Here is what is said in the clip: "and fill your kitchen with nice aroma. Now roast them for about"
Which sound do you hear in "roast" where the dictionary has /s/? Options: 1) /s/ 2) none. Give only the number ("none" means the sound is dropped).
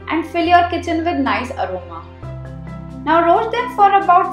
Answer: 2